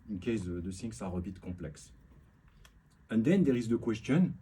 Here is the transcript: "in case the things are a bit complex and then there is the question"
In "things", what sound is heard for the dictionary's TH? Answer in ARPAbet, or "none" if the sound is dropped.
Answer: S